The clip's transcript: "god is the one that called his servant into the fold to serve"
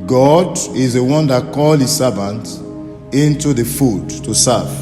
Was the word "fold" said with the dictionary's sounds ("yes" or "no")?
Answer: no